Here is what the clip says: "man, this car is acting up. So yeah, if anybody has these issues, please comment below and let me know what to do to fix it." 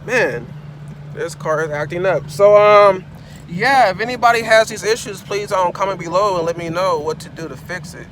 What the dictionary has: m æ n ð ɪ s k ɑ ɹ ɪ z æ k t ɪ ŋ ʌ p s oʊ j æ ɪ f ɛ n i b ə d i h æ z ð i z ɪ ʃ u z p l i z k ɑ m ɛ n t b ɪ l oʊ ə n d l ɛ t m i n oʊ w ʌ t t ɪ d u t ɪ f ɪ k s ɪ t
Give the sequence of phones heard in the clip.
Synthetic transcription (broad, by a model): m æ n ð ɪ s k ɑ ɹ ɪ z æ k t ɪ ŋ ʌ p s oʊ j æ ɪ f ɛ n i b ə d i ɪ z ð i z ɪ ʃ u z p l i z k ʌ m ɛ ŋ b ɪ l oʊ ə n l ɛ t m i n oʊ w ʌ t t ɪ d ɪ t ɪ f ɪ k s ɪ t